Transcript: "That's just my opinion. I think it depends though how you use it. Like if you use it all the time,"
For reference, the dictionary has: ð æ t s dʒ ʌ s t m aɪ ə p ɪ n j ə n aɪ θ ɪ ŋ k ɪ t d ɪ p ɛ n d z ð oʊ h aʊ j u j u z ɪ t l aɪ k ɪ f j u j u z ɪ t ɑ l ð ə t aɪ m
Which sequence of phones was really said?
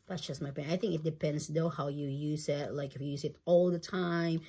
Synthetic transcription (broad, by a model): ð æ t s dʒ ʌ s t m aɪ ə ɪ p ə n aɪ θ ɪ ŋ k ɪ t d ɪ p ɛ n d z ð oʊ h aʊ j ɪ j u z ɪ t l aɪ k ɪ f j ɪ j u z ɪ t ɑ l ð ə t aɪ m